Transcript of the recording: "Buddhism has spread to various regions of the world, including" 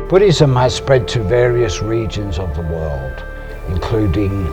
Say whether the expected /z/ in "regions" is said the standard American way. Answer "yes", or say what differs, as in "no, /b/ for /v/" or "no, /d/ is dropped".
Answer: yes